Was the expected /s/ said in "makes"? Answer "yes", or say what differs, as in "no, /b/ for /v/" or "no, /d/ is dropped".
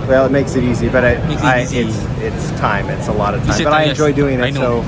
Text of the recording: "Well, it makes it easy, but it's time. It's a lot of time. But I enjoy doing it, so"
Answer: yes